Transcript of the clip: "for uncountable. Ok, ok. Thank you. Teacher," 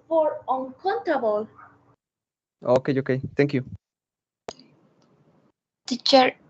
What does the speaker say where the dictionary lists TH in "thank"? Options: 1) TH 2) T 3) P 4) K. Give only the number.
2